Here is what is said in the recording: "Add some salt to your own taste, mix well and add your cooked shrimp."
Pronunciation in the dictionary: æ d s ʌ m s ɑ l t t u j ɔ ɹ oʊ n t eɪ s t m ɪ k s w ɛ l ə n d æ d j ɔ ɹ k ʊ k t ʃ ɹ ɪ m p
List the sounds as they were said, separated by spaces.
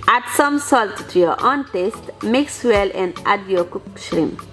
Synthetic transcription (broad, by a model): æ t s ʌ m s ɑ l t t u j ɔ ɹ oʊ n t eɪ s t m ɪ k s w ɛ l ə n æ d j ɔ k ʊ k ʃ ɹ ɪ m